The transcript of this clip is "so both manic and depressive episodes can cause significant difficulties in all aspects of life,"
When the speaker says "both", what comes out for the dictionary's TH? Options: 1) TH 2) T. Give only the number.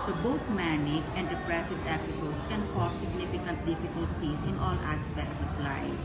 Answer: 2